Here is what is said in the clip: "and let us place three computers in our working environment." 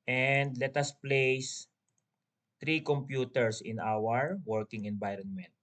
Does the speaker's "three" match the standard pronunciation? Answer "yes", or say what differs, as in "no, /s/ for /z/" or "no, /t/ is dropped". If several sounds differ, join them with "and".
no, /t/ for /θ/